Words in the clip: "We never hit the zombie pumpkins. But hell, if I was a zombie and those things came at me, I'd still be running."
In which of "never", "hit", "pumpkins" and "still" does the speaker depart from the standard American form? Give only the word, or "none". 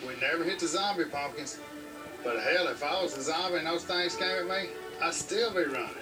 pumpkins